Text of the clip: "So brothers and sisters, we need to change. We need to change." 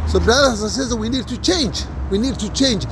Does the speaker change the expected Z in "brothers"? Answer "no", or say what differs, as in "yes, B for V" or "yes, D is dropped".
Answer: yes, Z is dropped